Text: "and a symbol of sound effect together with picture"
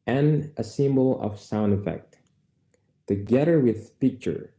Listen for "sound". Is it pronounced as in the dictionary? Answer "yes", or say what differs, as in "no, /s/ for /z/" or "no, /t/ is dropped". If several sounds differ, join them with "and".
yes